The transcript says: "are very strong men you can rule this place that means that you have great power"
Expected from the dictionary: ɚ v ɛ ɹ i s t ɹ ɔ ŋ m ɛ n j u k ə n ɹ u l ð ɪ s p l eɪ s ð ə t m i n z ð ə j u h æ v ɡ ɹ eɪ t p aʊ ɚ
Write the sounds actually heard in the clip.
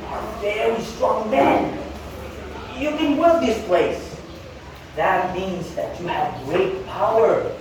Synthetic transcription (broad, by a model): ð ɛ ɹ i s t ɹ ɔ ŋ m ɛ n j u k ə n w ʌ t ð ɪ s p l eɪ s ð ə t m i n z ð ə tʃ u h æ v ɡ ɹ eɪ t p aʊ ɚ